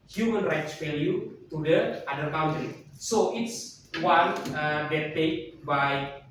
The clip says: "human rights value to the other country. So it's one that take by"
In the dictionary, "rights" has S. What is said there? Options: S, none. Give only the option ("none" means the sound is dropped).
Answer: S